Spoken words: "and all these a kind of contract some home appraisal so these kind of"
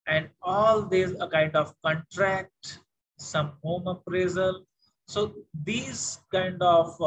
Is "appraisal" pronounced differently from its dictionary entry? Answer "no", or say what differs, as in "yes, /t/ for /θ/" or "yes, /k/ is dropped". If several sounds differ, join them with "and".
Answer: no